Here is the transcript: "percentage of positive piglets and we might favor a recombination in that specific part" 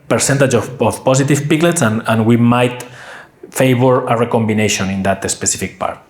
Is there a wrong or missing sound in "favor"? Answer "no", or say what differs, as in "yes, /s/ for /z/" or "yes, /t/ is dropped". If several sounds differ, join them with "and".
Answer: yes, /b/ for /v/